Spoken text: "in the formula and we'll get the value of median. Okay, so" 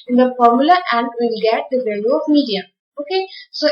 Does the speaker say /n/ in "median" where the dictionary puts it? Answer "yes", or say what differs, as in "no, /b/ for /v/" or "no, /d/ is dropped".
no, /n/ is dropped